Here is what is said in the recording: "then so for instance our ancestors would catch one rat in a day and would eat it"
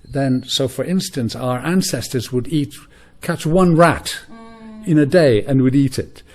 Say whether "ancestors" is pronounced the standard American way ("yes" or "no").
yes